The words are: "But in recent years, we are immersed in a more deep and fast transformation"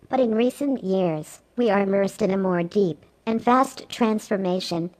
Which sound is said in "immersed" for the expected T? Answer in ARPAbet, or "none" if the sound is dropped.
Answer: T